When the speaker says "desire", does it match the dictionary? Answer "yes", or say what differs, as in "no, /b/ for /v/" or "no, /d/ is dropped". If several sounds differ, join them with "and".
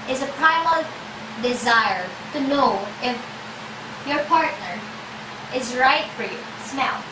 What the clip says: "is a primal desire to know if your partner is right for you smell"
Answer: yes